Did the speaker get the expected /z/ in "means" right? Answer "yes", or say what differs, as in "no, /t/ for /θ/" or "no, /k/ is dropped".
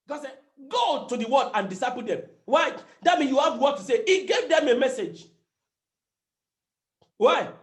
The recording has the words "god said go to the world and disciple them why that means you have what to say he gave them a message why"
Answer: no, /z/ is dropped